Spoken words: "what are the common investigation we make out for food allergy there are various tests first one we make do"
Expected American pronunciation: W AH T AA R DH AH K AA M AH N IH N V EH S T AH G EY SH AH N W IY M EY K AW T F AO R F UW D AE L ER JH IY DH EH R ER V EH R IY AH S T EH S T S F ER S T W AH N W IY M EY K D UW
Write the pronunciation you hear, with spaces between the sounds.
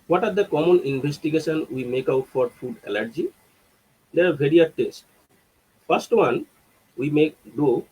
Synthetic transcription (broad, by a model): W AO T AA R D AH K AA M AH N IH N B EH S T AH G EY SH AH N W IY M EY K AW T F AO R F UW D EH L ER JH IY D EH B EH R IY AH T EH S T F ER S T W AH N W IY M EY K D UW